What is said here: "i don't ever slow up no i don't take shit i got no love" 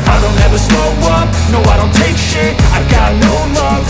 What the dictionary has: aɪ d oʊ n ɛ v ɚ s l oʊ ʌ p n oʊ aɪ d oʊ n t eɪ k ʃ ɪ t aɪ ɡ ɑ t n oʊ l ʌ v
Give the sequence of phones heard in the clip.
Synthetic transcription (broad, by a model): aɪ d oʊ n ɛ v ɚ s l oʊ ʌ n n oʊ aɪ d oʊ n t eɪ k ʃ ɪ aɪ ɡ ɑ t n oʊ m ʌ